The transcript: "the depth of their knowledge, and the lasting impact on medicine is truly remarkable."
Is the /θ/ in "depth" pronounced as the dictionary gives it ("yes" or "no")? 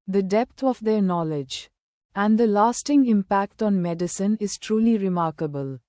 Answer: no